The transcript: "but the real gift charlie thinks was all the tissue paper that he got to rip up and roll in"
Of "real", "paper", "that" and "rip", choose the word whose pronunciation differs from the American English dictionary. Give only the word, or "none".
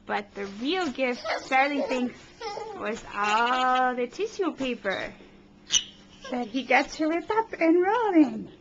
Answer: rip